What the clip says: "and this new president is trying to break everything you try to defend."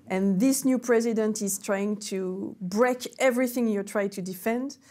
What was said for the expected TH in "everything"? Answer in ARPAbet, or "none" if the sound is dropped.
TH